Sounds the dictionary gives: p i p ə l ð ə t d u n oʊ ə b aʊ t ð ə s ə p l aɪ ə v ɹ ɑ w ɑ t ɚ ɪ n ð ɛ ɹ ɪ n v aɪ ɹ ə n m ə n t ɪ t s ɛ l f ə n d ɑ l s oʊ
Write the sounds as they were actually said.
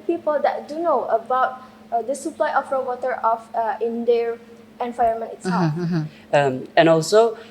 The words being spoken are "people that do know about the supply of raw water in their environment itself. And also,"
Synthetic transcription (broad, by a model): p i p ə l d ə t d u n oʊ ə b aʊ t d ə s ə p l aɪ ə f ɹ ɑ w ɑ t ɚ ɪ n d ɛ ɹ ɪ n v aɪ ə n m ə n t ɪ t s ɛ l f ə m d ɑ l s oʊ